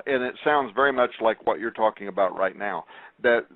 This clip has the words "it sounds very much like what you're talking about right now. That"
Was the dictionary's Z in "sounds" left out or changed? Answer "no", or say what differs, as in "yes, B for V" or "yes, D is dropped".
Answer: no